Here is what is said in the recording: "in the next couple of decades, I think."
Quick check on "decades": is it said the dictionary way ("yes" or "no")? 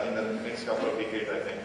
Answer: no